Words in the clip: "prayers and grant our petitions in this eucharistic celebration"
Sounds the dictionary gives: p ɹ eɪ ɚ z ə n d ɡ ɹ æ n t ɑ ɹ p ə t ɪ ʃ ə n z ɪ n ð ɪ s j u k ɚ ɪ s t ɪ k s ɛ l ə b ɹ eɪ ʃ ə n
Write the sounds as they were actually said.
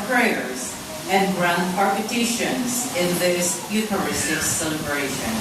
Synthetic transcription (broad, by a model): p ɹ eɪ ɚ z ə n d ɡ ɹ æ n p ɑ ɹ p ə t ɪ ʃ ə n z ɪ n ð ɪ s j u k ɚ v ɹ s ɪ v s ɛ l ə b ɹ eɪ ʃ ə n